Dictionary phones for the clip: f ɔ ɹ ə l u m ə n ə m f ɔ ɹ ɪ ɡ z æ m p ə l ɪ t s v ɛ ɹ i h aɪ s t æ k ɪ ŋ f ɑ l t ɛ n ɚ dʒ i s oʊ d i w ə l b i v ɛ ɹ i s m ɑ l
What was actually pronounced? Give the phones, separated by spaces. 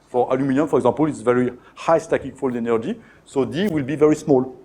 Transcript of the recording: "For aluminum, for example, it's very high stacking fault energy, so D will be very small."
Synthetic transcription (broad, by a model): f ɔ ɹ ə l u m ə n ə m f ɔ ɹ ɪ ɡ z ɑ p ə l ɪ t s v ɛ ɹ i h aɪ s t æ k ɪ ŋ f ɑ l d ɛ n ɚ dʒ i s oʊ d i w ə l b i v ɛ ɹ i s m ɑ l